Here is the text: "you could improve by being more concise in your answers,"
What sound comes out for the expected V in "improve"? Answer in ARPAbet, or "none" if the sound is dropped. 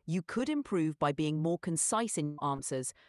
V